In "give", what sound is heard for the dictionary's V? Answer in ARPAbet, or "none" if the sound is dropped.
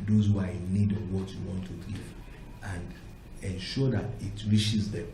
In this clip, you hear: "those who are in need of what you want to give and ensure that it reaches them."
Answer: none